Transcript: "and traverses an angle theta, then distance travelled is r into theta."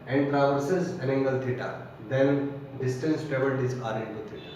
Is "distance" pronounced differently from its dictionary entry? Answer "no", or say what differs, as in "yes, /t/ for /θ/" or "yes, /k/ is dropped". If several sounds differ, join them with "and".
no